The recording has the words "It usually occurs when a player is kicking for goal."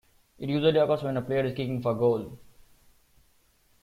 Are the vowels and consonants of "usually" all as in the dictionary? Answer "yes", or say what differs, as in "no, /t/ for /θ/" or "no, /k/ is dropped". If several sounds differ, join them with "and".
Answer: no, /z/ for /ʒ/